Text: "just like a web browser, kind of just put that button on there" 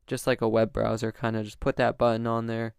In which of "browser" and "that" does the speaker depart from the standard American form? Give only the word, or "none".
none